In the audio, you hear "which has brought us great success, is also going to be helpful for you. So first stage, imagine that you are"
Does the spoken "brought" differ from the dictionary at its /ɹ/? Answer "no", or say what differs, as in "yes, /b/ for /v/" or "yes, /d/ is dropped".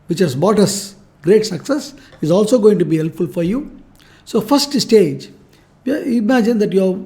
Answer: yes, /ɹ/ is dropped